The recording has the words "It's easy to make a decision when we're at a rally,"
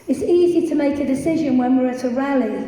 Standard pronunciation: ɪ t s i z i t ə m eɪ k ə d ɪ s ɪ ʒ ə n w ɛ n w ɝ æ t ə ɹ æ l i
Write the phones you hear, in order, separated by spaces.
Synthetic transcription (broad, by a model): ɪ t s i z i t ə m eɪ k ə d ɪ s ɪ ʒ ə n w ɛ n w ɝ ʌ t ə ɹ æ l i